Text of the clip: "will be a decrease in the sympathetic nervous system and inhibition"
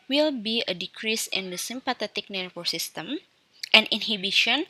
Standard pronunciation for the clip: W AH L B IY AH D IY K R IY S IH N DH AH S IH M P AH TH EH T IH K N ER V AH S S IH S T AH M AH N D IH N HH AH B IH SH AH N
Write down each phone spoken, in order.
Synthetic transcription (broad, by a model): W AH L B IY AH D IY K R IY S IH N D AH S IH M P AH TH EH T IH K N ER F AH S S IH S T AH M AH N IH N HH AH B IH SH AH N